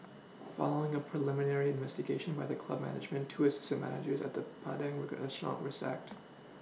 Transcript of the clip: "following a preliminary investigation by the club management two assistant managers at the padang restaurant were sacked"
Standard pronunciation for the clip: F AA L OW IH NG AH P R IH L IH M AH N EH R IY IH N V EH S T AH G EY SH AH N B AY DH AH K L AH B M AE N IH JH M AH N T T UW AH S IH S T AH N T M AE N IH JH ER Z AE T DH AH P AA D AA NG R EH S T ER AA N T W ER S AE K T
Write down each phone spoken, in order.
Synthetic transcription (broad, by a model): F AA L OW IH NG AH P R IH L IH M AH N EH R IY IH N V EH S T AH G EY SH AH N B AY DH AH K L AH B M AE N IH JH M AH N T T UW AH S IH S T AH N M AE N IH JH ER Z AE T DH AH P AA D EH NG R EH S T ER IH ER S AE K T